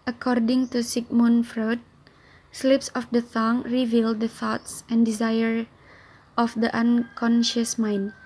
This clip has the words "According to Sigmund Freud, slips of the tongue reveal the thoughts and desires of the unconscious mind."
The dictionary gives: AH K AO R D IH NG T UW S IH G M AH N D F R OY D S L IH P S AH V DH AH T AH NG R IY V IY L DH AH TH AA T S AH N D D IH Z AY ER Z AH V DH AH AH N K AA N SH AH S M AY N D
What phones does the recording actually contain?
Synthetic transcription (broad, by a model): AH K AO R D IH NG T UW S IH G M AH N F R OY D S L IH P S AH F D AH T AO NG R IY V IY L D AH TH AA T S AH N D D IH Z AY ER AH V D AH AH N K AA N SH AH S M AY N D